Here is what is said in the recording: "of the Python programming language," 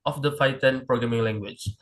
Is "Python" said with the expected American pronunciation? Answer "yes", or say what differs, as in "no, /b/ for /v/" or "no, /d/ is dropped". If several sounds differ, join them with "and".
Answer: no, /f/ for /p/ and /t/ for /θ/